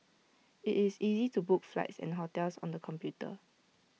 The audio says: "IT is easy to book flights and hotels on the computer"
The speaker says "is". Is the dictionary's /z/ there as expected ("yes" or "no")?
no